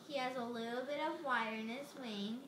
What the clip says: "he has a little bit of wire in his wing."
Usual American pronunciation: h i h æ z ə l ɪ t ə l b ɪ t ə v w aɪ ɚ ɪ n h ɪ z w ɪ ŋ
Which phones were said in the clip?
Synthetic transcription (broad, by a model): h i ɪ z ə l ɪ t l b ɪ t ə v w aɪ ɚ ɪ n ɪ s w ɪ ŋ